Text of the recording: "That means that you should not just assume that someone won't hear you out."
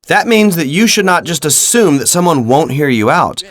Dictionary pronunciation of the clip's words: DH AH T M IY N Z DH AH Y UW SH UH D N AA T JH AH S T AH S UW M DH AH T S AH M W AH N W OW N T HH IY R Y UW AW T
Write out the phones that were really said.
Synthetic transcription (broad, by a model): DH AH T M IY N Z DH AH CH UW SH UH D N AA T JH AH S T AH S UW M DH AH T S AH M W AH N W OW N T HH IY R Y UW AW T